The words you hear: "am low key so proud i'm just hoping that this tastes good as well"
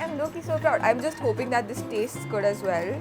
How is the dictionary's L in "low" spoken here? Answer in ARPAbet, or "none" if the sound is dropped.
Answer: N